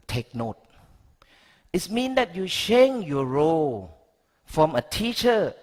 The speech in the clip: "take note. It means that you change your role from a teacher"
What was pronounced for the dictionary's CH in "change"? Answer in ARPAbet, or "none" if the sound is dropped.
SH